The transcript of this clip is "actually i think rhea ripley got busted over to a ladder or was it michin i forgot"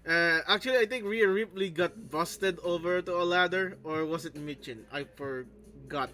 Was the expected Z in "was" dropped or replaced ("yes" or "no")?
yes